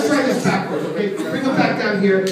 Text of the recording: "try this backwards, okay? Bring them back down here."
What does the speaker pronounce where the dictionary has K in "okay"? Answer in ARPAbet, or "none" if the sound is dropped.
none